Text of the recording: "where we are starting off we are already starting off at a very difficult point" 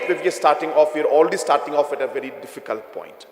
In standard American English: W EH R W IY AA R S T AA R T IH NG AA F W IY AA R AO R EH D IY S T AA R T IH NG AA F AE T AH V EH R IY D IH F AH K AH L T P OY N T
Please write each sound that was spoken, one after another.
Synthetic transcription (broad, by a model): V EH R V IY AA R S T AA R T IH NG AA F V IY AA R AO L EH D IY S T AA R T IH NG AA F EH T AH V EH R IY D IH F AH K AH L T P OY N T